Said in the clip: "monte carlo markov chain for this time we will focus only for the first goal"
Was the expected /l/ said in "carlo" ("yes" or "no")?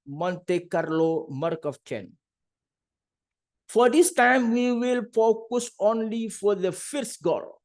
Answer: yes